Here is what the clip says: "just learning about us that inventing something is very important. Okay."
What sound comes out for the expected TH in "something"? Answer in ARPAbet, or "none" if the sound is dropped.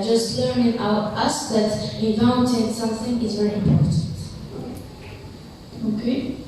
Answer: TH